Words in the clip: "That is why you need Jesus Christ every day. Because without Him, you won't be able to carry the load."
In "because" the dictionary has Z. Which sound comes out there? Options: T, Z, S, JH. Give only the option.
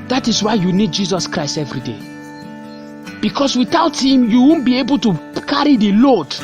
S